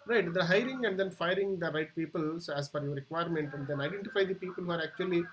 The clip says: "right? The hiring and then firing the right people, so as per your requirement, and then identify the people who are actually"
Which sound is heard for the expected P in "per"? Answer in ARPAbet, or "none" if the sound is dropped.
F